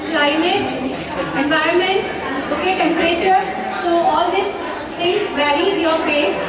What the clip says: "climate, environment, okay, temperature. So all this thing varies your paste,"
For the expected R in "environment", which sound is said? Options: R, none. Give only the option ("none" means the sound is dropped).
R